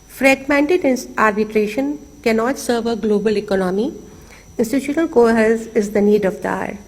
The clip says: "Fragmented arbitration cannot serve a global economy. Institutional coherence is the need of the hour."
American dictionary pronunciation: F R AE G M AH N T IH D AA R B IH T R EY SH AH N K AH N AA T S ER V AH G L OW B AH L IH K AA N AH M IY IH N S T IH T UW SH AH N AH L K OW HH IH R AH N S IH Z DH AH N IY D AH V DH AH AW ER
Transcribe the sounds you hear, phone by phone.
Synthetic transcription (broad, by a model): F R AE G M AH N T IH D AA R B IH T R EY SH AH N K AH N AA T S ER V AH G L OW B AH L IH K AA N AH M IY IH N S T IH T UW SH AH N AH L K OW HH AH L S IH Z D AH N IY D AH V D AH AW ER